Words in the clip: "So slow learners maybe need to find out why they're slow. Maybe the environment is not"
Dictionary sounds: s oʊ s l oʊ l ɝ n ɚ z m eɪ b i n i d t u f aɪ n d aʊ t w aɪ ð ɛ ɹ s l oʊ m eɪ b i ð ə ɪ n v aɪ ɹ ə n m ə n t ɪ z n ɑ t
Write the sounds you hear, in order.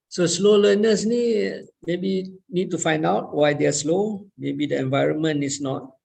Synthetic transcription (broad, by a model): s oʊ s l oʊ l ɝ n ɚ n m eɪ b i n i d t u f aɪ n d aʊ t w aɪ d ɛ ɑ s l oʊ m eɪ b i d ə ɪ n v aɪ ɹ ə n m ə n ɪ s n ɑ t